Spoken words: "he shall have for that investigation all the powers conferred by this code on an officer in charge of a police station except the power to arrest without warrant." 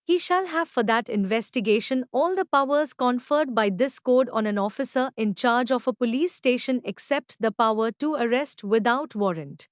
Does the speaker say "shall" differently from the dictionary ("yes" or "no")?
no